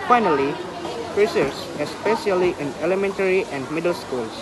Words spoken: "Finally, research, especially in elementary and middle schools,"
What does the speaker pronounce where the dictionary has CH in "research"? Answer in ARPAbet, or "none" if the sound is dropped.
S